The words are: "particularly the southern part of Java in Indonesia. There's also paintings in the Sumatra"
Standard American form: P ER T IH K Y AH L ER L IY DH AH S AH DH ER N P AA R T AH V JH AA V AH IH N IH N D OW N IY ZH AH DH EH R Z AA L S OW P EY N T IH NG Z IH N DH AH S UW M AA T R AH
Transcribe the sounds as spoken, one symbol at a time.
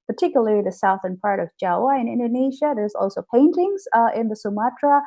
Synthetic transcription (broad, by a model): P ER T IH K Y L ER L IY DH AH S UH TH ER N P AA R T AH V JH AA W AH IH N IH N D OW N IY ZH AH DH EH R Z AA L S OW P EY N T IH NG Z IH N DH AH S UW M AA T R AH